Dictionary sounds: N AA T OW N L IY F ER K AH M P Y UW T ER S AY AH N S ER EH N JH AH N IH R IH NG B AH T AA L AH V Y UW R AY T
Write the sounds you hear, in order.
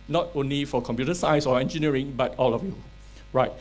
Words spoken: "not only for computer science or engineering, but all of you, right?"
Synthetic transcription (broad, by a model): N AA T OW N L IY F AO K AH M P Y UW T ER S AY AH S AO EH N JH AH N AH R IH NG B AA T AA L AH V Y UW R AY T